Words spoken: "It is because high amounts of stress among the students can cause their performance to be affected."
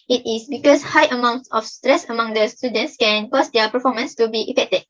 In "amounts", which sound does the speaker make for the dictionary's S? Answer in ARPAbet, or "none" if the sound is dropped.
S